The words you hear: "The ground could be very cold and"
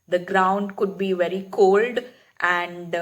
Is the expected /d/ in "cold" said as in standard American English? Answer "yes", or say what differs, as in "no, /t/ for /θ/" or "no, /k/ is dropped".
yes